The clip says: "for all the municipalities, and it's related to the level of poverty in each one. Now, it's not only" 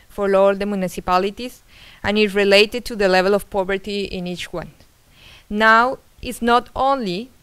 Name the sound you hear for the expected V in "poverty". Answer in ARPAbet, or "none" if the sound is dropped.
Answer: B